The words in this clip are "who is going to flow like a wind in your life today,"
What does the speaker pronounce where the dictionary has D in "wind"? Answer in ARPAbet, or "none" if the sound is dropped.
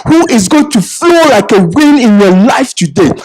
none